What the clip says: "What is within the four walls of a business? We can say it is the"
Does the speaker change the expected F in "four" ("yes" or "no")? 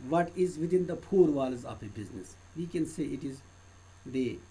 yes